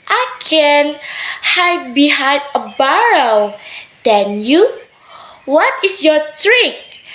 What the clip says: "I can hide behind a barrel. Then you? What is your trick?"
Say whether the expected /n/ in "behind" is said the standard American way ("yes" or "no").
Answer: no